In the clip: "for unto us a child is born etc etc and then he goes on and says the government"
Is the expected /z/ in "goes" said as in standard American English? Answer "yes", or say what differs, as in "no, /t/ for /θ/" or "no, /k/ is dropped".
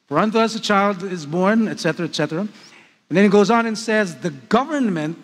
yes